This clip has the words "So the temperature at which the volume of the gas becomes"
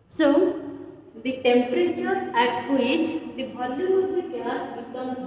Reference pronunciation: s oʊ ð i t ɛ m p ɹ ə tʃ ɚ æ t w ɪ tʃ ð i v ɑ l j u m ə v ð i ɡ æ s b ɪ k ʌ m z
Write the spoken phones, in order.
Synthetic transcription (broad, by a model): s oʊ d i t ɛ m p ɹ ə tʃ ɚ æ t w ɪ tʃ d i b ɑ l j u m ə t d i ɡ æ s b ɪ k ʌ m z